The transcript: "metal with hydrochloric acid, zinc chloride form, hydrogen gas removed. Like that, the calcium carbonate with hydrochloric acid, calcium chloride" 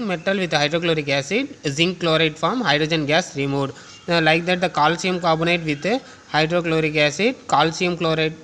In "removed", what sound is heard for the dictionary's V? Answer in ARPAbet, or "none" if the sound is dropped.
none